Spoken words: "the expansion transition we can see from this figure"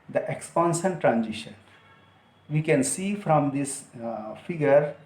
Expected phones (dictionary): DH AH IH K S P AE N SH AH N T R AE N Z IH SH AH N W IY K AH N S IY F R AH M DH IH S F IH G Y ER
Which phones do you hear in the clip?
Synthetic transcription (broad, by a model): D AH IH K S P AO N S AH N T R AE N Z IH SH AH N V IY K AH N S IY F R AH M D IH S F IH G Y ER